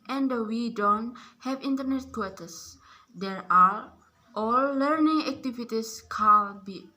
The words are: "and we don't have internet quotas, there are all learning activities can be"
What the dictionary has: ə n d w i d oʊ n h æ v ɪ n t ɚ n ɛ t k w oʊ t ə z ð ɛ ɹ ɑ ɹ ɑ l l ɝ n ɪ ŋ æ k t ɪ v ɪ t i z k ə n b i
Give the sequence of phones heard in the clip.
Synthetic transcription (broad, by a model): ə n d w i d oʊ n h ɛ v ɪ n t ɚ n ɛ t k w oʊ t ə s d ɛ ɹ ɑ ɹ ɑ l l ɝ n ɪ ŋ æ k t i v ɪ t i s k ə l b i